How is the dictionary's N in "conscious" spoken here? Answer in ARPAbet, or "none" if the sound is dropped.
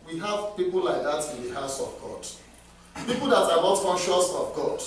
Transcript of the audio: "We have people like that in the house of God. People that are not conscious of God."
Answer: N